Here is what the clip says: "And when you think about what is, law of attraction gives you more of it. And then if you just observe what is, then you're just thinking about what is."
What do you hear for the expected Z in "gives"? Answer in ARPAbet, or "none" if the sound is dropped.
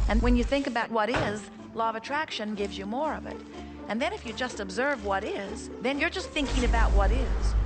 Z